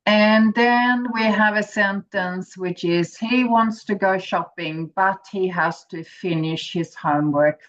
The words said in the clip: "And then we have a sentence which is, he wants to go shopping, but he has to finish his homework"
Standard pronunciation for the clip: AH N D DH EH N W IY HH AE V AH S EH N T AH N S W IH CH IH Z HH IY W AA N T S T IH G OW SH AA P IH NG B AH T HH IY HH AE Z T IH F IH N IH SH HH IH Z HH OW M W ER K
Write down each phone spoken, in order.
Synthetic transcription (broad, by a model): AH N DH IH N W IY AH V AH S EH N T AH N S W IH CH IH Z HH IY W AA N T S T IH G OW SH AA P IH NG B AH T HH IY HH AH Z T IH F IH N IH SH HH IH Z HH OW M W ER K